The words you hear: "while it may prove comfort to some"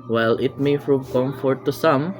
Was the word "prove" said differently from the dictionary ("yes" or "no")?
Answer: yes